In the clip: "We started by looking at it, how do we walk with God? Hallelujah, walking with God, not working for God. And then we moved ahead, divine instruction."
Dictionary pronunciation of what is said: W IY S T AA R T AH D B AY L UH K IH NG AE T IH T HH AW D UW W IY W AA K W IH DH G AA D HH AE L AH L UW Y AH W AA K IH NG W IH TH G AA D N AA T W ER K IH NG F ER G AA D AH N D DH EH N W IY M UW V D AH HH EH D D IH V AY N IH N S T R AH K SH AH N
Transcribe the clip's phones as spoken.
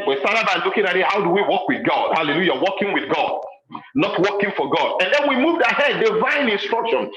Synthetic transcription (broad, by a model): W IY S T AA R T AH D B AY L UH K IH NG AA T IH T HH AW D UW W IY W AA K W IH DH G AA D HH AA L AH L UW Y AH W AA K IH NG W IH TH G AA D N AA T W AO K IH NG F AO G AA D AH N D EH N W IY M UW V D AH HH EH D D IH V AY N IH N S T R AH K SH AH N